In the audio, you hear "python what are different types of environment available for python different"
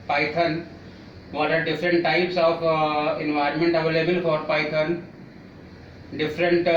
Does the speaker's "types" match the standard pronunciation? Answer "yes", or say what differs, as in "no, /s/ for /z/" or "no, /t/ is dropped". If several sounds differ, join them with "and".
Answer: yes